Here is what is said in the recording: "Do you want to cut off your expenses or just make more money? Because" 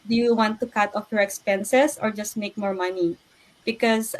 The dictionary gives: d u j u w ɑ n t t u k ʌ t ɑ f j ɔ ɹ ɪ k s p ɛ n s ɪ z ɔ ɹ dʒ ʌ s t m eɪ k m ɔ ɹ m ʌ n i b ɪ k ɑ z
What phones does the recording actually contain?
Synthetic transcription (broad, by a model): d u j u w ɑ n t t u k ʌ t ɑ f j ɔ ɹ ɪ k s p ɛ n s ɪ s ɔ ɹ dʒ ʌ s t m eɪ k m ɔ ɹ m ʌ n i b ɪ k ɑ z